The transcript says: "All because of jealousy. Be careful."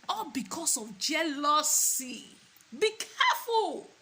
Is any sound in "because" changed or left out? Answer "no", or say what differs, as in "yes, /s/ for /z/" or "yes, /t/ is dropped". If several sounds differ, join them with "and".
yes, /s/ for /z/